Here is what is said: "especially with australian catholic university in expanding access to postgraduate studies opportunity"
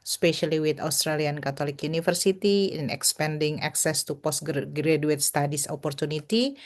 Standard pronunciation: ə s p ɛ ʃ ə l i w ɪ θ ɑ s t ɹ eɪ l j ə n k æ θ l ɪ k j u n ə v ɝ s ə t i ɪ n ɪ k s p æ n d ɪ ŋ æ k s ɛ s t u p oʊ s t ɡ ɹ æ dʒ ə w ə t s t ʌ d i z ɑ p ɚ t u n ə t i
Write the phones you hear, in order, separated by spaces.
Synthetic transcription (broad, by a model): s p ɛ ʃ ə l i w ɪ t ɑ s t ɹ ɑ l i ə n k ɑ t l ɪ k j u n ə f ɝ s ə t i ɪ n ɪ k s p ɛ n d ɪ ŋ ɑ k s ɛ s t u p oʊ s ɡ ɡ ɹ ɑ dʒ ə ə t s t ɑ d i s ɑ p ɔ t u n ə t i